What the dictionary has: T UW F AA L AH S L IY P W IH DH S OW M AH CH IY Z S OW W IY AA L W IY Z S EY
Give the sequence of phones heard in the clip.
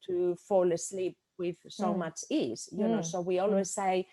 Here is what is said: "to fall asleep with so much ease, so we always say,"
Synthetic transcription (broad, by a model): T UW F AA L AH S L IY P W IH DH S OW M AH CH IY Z S OW W IY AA L W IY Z S EY